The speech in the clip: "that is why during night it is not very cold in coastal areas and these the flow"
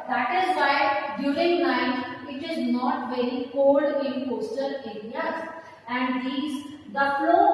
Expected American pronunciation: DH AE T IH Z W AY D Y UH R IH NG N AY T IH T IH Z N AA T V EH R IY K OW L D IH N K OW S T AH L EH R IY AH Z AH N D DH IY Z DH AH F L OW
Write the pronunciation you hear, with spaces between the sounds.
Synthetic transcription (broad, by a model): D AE T IH Z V AY D Y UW R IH NG N AY T IH T IH Z N AA T V EH R IY K OW L D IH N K OW S T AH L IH L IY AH AH N D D IY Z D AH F L OW